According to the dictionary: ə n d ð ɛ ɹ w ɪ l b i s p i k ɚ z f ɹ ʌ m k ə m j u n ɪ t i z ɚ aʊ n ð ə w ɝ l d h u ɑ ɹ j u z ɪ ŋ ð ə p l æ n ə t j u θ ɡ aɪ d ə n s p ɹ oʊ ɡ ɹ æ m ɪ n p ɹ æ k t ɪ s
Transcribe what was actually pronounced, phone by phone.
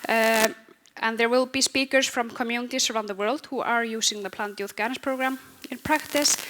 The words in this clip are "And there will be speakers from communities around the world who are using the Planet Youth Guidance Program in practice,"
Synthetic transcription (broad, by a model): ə n ð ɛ ɹ w ɪ l b i s p i k ɚ s f ɹ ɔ m k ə m j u n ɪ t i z ɚ aʊ n ð ə w ɝ l d h u ɑ ɹ j u s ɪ ŋ ð ə p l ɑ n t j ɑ f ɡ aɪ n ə s p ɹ oʊ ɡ ɹ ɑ m ɪ n p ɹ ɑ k t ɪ s